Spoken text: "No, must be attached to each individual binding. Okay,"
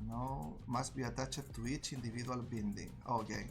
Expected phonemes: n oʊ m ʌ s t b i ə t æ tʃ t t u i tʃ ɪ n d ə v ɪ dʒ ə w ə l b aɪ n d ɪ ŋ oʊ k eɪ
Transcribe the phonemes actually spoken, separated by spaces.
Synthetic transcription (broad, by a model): n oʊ m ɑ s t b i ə t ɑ tʃ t t u i tʃ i n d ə b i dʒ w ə l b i n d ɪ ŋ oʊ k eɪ